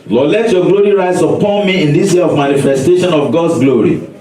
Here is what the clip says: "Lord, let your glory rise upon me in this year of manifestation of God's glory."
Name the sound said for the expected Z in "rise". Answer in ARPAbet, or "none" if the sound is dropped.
S